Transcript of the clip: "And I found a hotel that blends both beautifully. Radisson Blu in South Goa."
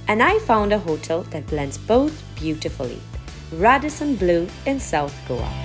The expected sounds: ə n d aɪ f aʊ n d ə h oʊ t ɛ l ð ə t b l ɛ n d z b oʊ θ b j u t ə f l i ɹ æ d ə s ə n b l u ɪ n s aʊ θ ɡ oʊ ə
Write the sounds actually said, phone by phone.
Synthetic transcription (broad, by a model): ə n aɪ f aʊ n d ə h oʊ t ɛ l ð ə t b l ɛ n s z b oʊ θ b j u t ə f l i ɹ æ d ə s ə n b l u ɪ n s aʊ θ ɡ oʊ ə